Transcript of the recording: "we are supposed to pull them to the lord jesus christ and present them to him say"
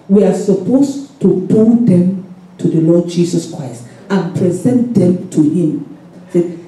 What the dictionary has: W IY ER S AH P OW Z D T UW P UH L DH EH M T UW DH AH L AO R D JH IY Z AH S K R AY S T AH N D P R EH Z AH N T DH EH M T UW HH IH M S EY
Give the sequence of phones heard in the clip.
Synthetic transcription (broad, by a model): W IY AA S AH P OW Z T UW B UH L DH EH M T UW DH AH L AO D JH IY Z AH S K R AY S T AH N P R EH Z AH N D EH M T UW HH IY M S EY